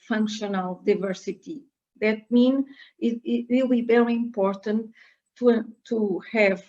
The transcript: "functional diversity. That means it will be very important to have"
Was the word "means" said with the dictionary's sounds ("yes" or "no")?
no